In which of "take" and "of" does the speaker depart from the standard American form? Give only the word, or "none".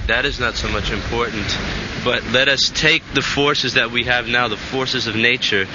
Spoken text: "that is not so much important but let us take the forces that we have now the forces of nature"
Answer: none